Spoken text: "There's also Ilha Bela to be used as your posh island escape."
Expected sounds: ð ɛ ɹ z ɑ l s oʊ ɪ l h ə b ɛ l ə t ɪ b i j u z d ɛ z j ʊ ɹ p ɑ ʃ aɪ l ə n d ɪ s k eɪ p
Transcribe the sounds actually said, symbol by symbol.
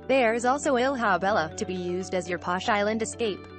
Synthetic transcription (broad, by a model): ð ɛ ɹ z ɑ l s oʊ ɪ l h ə b ɛ l ə t ɪ b i j u z d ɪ z j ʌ ɹ p ɑ ʃ aɪ l ə n d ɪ s k eɪ p